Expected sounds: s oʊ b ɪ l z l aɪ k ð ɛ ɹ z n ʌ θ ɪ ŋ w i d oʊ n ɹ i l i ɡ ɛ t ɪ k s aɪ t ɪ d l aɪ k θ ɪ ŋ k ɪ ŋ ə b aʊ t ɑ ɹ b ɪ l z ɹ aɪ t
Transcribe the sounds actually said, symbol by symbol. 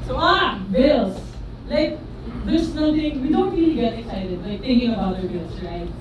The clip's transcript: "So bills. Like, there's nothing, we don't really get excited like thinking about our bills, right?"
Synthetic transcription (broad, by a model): s oʊ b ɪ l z l aɪ k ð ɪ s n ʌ t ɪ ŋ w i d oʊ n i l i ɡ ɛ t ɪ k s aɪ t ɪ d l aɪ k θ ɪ ŋ k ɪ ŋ ə b aʊ t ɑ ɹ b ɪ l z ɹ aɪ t